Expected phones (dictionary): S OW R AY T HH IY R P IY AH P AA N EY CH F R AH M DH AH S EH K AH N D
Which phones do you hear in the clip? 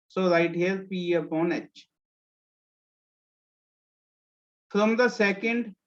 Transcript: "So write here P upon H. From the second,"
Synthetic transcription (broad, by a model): S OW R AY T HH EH L P IY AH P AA N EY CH F R AH M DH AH S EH K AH N D